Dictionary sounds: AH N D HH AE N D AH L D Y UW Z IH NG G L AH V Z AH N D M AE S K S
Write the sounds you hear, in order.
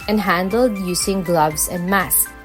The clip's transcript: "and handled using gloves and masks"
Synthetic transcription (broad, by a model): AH N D HH AE N D AH L D Y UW S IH NG G L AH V S AH N D M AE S S